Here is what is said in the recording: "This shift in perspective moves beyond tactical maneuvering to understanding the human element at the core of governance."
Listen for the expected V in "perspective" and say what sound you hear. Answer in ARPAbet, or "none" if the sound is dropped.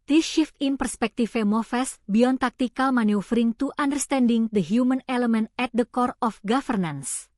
F